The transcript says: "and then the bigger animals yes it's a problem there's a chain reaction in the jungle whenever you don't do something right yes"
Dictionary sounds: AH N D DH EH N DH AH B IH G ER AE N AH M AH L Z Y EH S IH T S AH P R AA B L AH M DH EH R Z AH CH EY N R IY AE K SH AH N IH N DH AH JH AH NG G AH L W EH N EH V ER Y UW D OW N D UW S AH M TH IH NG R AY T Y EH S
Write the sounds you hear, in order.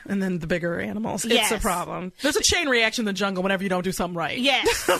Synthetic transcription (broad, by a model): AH N DH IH N DH AH B IH G ER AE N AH M L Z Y IH T S AH P R AA B L AH M DH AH R Z AH CH EY N R IY AE K SH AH IH N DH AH JH AH NG G L W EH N EH V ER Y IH D OW N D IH S AH M TH IH NG R AY T Y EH